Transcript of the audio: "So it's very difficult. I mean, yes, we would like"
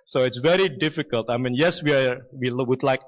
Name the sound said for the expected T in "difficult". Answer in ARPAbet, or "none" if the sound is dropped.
T